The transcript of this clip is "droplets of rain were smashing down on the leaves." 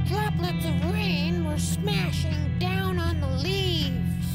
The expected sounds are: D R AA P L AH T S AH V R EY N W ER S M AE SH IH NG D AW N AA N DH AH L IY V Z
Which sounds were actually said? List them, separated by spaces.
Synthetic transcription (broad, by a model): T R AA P L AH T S AH V R EY N W ER S M AE SH IH NG D AW N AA N DH AH L IY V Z